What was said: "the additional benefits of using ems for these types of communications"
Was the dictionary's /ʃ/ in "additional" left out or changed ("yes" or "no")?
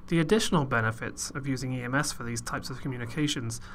no